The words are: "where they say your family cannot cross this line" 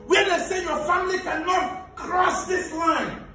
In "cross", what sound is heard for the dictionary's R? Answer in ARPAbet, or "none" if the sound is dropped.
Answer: R